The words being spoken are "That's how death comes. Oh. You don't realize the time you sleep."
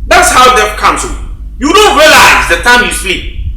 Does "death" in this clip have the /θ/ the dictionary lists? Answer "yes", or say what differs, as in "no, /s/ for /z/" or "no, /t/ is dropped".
no, /f/ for /θ/